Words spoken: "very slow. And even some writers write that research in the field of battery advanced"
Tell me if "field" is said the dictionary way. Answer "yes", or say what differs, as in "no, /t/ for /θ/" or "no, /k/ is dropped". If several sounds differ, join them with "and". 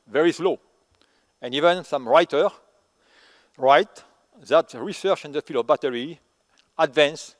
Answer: no, /d/ is dropped